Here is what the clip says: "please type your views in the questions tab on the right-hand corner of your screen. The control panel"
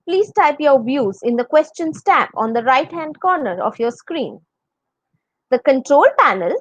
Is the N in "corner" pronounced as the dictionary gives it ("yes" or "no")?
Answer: yes